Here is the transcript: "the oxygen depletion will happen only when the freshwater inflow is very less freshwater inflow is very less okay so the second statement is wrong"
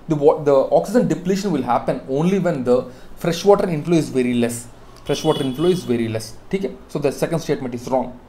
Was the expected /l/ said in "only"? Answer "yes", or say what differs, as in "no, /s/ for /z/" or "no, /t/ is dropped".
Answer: yes